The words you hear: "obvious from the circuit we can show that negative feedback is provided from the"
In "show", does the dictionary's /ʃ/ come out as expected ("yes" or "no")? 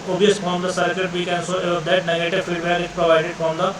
no